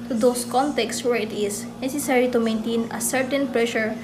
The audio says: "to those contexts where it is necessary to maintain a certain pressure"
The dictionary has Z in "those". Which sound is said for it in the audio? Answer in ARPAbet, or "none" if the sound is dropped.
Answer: S